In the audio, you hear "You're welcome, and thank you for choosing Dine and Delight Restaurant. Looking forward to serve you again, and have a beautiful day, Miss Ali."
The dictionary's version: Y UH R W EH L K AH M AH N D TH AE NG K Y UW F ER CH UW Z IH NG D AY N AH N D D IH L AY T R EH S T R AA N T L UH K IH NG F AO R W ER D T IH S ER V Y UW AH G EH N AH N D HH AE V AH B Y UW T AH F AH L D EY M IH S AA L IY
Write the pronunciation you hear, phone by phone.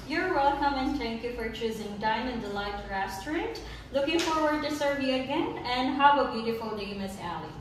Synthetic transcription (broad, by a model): Y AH R W EH L K AH M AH N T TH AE NG K Y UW F ER CH UW Z IH NG D AY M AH N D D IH L AY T R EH S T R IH N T L UH K IH NG F AO R W ER D T IH S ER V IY AH G EH N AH N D HH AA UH AH B Y UW T AH F AH L D EY M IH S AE L IY